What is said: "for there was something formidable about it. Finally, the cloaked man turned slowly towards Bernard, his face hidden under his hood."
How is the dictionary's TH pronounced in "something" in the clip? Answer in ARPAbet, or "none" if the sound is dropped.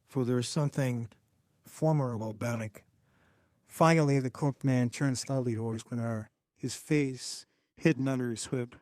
TH